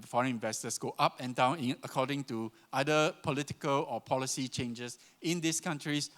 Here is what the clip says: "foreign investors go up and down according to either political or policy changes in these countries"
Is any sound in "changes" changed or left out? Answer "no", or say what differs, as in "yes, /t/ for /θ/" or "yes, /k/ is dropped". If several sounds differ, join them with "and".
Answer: yes, /s/ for /z/